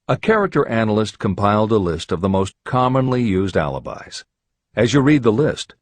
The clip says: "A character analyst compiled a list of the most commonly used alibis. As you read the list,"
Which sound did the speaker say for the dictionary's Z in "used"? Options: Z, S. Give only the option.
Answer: Z